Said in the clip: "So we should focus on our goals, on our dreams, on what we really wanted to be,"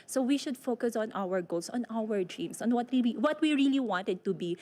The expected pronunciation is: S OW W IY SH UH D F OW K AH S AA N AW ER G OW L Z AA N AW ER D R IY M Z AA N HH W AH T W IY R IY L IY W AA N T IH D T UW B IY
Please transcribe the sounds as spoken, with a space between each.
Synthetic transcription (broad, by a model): S OW W IY SH UH D F OW K AH S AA N AW ER G OW L S AA N AW ER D R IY M S AA N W W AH T W IY R IY L IY W AA N T IH D T UW B IY